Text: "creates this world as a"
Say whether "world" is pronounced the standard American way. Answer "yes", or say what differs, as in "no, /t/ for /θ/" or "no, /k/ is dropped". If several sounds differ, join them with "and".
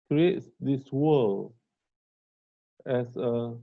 no, /d/ is dropped